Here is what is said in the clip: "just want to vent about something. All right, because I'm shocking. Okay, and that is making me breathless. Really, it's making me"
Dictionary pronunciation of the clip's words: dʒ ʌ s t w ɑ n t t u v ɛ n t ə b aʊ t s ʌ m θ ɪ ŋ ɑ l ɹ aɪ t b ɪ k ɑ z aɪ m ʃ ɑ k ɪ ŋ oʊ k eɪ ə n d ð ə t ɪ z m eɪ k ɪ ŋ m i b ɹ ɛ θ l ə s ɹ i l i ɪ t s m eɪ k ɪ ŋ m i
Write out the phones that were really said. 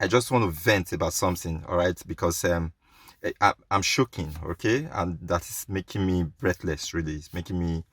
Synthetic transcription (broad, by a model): dʒ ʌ s t w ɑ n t t u v ɛ n t ə b aʊ t s ʌ m θ ɪ ŋ ɑ l ɹ aɪ t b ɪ k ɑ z aɪ m ʃ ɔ k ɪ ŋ oʊ k eɪ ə n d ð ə t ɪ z m eɪ k ɪ ŋ m i b ɹ ɛ θ l ə s ɹ i l i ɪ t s m eɪ k ɪ ŋ m i